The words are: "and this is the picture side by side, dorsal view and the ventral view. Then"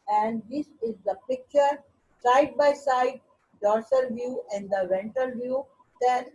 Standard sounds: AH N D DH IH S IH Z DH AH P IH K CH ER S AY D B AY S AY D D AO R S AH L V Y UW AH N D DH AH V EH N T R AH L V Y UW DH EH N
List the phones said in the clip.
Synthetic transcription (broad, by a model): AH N D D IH S IH Z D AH P IH K CH ER S AY D B AY S AY D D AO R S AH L V Y UW AH N D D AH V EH N T AH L V Y UW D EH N